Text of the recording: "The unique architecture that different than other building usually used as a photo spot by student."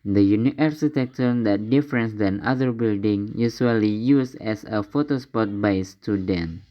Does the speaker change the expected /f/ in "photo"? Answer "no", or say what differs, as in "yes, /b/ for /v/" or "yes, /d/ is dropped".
no